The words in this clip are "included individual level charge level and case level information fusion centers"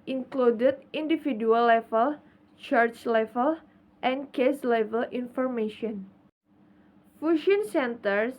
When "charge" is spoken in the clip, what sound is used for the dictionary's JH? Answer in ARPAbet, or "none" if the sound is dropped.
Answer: CH